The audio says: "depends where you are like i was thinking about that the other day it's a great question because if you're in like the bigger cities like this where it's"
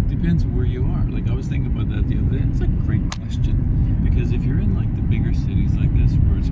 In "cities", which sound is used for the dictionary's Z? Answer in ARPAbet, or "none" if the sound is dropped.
Z